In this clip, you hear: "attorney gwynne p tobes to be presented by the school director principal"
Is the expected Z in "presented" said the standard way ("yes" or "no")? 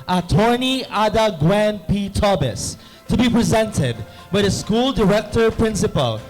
yes